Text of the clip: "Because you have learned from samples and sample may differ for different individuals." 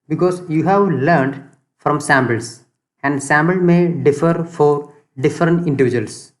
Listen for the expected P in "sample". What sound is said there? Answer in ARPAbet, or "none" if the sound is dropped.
B